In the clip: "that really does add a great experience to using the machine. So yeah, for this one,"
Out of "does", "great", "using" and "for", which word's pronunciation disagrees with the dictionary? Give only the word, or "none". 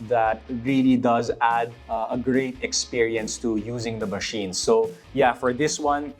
none